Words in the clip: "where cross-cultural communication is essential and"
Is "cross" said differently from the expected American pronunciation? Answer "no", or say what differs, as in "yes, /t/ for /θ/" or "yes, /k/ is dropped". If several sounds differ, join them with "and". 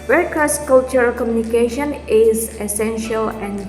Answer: yes, /ɹ/ is dropped